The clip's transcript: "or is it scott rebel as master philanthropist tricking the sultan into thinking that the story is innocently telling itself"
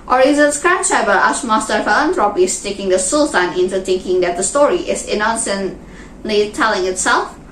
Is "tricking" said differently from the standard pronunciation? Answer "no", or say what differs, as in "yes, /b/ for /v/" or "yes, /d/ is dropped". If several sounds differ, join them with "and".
yes, /ɹ/ is dropped